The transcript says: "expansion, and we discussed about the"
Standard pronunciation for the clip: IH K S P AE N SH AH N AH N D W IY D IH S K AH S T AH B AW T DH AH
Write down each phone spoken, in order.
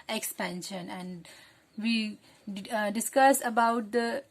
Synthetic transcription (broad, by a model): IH K S P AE N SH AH N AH N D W IY D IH S K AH S AH B AW T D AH